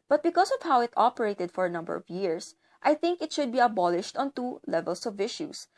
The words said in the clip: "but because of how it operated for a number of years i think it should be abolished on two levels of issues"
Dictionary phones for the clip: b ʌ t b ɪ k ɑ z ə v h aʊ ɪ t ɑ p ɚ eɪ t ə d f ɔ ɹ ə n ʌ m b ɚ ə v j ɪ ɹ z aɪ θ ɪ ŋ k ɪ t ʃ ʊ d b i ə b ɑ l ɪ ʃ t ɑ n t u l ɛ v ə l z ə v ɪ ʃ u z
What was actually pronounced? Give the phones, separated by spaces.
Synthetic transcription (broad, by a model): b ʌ t b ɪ k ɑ s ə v h aʊ ɪ t ɑ p ɚ eɪ t ə d f ɔ ɹ ə n ʌ m b ɚ ə v j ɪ ɹ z aɪ θ ɪ ŋ k ɪ t ʃ ʊ d b i ə b ɑ l ɪ ʃ t ɑ n t u l ɛ v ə l s ə v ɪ ʃ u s